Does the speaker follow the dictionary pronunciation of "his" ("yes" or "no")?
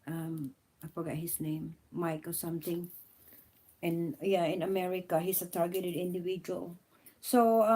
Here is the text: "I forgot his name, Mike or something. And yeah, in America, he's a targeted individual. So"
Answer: no